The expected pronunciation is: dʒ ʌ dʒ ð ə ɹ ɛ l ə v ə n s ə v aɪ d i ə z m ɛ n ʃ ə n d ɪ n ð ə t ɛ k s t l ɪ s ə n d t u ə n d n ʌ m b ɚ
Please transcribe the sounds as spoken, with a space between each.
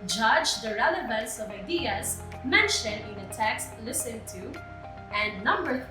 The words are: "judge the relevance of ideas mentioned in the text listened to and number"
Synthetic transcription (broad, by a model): dʒ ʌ dʒ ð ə ɹ ɛ l ə v ə n s ə v aɪ d i ə z m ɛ n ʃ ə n ɪ n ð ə t ɛ k s t l ɪ s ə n t u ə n n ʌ m b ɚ